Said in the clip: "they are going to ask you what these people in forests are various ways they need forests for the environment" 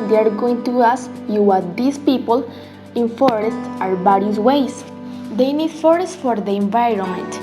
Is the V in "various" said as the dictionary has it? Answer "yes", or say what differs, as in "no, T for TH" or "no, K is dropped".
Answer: no, B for V